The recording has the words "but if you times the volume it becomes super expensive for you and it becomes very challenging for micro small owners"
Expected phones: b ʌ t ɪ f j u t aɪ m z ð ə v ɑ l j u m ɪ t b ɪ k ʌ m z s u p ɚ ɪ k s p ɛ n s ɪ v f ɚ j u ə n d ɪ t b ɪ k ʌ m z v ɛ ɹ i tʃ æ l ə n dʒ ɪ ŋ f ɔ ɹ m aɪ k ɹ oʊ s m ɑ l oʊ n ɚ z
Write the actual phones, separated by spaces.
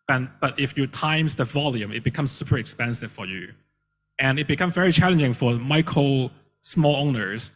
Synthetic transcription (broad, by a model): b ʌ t ɪ f j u t aɪ m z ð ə v ɑ l j u m ɪ t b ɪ k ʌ m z s u p ɚ ɪ k s p ɛ n s ɪ v f ɚ j u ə n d ɪ t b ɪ k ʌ m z v ɛ ɹ i tʃ æ l ə n dʒ ɪ ŋ f ɔ ɹ m aɪ k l s m ɑ l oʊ n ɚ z